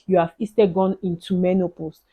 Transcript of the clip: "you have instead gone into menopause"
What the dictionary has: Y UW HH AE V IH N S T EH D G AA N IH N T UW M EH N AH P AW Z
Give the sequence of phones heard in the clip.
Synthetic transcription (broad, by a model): Y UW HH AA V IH S T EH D G AA N IH N T UW M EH N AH P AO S